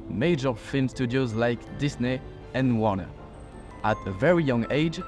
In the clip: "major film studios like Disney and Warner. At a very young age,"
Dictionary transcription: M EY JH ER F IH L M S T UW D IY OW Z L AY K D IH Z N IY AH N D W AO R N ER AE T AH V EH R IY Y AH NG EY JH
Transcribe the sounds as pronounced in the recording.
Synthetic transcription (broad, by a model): M EY JH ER F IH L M S T UW D IY OW Z L AY K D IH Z N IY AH N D W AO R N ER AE T AH V EH R IY Y AH NG EY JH